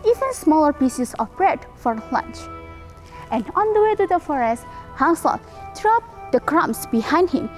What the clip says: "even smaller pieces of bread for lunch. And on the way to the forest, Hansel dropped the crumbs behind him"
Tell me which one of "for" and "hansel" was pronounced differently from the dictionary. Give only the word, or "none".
hansel